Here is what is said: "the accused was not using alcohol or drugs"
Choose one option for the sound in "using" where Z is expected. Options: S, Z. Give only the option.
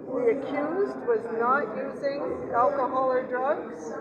Z